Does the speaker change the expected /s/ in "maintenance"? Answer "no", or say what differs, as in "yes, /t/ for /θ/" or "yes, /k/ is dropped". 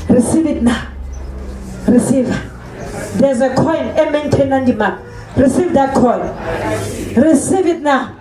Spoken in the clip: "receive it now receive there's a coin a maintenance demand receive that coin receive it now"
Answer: yes, /s/ is dropped